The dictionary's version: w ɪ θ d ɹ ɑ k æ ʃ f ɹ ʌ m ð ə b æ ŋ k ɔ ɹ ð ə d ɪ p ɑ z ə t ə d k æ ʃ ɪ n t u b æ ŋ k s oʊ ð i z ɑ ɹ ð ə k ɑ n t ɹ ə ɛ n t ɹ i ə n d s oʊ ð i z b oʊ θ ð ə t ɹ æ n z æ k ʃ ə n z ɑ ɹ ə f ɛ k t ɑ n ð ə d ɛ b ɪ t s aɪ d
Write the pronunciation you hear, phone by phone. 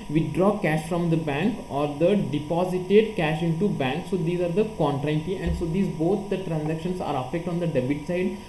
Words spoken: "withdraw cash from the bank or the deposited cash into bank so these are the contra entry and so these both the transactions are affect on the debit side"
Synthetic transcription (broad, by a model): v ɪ d ɹ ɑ k æ ʃ f ɹ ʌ m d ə b æ ŋ k ɔ ɹ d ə d ɪ p ɑ z ə t ə d k æ ʃ ɪ n t u b æ ŋ k s oʊ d i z ɑ ɹ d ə k ɑ n t ɹ ə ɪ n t i ə n d s oʊ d i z b oʊ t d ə t ɹ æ n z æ k ʃ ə n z ɑ ɹ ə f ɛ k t ɑ n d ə d ɛ b ɪ t s aɪ d